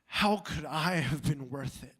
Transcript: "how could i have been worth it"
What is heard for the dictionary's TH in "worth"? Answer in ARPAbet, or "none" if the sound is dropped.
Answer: TH